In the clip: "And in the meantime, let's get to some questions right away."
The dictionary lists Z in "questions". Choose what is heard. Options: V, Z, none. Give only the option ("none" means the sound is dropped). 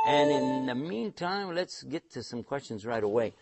Z